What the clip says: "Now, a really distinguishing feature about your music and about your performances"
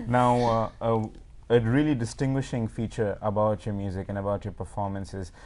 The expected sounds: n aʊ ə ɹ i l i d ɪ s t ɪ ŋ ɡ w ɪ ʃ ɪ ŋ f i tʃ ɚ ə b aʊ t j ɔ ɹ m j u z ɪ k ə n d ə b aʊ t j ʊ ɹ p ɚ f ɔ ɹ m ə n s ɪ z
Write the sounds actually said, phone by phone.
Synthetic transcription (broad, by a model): n aʊ ə ɹ i l i d ɪ s t ɪ ŋ ɡ w ɪ ʃ ɪ ŋ f i tʃ ɚ ə b aʊ t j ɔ m j u z ɪ k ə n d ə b aʊ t j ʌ p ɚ f ɔ ɹ m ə n s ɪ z